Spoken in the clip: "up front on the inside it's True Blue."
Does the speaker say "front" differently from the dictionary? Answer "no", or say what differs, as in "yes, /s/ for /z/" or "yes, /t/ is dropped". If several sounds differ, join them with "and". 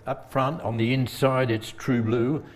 no